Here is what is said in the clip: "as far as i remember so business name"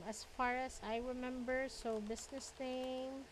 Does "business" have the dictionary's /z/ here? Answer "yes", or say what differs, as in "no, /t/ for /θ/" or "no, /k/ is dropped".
no, /s/ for /z/